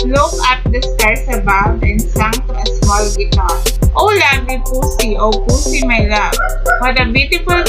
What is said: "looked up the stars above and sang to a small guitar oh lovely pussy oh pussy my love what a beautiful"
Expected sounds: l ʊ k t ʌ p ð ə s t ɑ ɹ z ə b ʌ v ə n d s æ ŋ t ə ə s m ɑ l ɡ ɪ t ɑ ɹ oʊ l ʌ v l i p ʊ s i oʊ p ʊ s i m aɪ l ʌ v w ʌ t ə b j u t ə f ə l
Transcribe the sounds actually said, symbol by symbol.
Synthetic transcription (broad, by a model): l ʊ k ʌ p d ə s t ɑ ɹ s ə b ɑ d ə n d s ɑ ŋ t ə ə s m ɑ l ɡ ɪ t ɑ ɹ oʊ l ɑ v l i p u s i oʊ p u s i m aɪ l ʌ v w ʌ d ə b j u t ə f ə l